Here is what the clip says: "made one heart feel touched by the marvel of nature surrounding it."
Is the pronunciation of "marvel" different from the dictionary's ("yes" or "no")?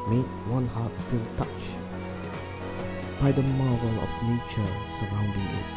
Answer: yes